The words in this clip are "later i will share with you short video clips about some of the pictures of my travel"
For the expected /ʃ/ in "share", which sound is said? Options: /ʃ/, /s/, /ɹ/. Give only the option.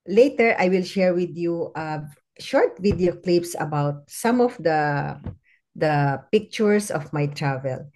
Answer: /ʃ/